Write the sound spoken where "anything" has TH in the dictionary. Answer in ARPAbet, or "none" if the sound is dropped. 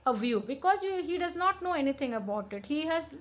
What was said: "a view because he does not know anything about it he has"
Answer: T